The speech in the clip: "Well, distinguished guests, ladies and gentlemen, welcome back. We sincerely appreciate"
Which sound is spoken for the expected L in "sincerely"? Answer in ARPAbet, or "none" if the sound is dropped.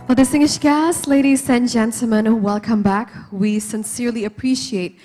L